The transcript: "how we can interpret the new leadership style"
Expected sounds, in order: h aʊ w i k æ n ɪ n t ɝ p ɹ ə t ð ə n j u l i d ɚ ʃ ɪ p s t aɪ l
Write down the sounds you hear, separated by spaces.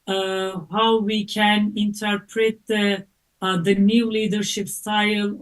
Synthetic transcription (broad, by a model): h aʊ w i k æ n ɪ n t ɝ p ɹ ə t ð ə n j u l i d ɚ ʃ ɪ p s t aɪ l